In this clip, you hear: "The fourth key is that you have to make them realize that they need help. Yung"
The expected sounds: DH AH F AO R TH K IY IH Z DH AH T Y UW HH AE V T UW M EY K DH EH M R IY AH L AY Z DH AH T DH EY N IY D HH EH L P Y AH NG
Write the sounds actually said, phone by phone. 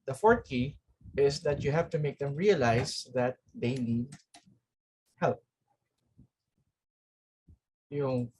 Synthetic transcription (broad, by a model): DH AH F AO R T K IY IH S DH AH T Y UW HH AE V T UW M EY K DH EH M R IY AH L AY S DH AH T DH EY N IY D HH EH L P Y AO